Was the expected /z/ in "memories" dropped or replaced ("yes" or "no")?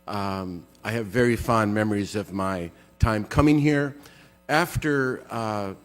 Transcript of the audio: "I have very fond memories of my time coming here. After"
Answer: no